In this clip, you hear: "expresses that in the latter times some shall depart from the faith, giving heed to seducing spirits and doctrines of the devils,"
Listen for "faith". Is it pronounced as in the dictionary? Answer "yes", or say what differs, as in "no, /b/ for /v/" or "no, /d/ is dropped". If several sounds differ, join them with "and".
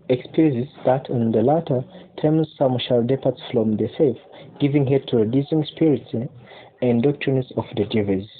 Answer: no, /f/ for /θ/